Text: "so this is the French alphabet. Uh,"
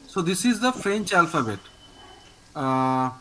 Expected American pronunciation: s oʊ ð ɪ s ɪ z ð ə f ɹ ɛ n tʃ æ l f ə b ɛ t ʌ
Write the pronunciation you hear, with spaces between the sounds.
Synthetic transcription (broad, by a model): s oʊ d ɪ s ɪ z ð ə f ɹ ɛ n tʃ æ l f ə b ɛ t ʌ